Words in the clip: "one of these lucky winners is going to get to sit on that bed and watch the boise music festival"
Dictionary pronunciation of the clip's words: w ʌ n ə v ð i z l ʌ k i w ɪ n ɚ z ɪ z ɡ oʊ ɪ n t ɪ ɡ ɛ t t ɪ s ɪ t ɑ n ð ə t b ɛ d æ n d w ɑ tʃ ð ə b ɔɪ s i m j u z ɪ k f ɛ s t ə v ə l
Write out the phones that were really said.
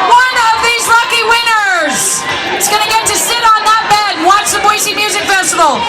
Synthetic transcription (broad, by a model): w ʌ n ə v ð i z l ʌ k i w ɪ n ɚ z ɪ s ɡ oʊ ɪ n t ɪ ɡ ɛ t t ɪ s ɪ t n ð ə t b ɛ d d w ɑ tʃ ð ə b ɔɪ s i m j u z ɪ k f ɛ s t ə v l